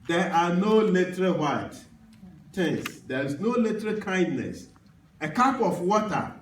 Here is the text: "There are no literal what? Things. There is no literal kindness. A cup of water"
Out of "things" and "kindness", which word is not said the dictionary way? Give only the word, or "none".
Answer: things